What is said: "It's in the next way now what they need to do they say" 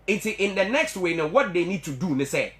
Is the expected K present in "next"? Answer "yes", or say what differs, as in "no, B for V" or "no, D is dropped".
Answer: yes